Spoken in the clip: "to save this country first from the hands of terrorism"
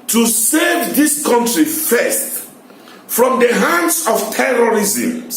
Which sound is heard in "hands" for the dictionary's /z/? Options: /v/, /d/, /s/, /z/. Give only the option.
/s/